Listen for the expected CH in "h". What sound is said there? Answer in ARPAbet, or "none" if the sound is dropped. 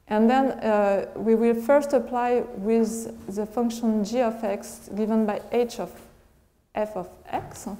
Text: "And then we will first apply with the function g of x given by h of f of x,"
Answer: CH